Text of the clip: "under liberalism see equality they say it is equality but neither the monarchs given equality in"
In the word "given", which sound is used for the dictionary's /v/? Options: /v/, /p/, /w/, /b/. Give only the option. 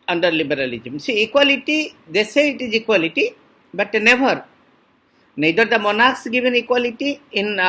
/b/